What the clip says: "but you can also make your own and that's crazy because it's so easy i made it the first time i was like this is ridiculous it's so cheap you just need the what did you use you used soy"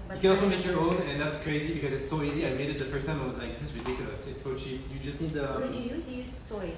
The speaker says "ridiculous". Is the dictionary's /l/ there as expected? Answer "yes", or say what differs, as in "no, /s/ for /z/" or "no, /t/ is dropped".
no, /l/ is dropped